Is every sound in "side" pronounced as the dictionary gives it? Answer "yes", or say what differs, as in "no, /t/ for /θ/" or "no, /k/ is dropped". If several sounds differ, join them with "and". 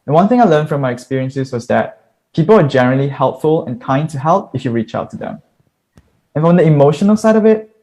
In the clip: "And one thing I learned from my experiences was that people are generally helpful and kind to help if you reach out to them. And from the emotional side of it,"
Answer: yes